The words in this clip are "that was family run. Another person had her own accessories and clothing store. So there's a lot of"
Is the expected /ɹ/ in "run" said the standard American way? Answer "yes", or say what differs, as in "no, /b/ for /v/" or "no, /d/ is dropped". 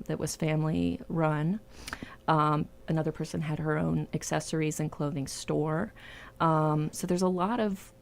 yes